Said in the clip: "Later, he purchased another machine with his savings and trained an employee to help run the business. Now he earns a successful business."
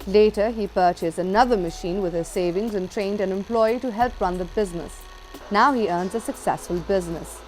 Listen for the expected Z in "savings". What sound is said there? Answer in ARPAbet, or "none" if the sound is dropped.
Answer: Z